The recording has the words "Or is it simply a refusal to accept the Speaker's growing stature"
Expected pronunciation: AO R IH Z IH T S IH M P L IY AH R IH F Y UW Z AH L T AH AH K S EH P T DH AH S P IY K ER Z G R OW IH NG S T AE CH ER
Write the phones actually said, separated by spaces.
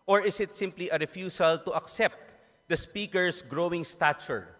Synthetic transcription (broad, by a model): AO R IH S IH T S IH M P L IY AH R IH F Y UW S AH L T AH AH K S EH P T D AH S P IY K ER S G R OW IH NG S T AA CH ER